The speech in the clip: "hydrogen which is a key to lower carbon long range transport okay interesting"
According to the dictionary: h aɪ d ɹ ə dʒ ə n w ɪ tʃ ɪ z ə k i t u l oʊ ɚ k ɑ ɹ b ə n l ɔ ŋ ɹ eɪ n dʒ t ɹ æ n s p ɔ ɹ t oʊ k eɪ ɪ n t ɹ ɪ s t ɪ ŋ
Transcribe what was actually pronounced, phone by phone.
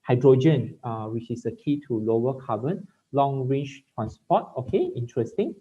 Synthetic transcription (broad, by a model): h aɪ d ɹ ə dʒ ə n w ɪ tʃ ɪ s ə k i t u l oʊ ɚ k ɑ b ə n l ɔ ŋ ɹ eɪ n tʃ t ɹ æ n s p ɔ t oʊ k eɪ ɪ n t ɹ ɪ s t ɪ ŋ